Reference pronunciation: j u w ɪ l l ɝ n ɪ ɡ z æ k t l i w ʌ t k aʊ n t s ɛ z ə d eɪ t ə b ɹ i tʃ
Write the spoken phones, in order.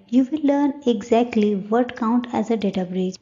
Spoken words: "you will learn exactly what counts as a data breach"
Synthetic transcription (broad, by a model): j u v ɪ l l ɝ n ɪ ɡ z æ k t l i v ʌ t k aʊ n t ɛ z ə d eɪ t ə b ɹ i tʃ